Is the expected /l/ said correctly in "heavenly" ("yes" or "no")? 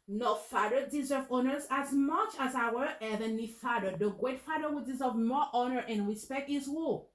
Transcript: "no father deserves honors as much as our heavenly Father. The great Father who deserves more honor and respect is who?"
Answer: no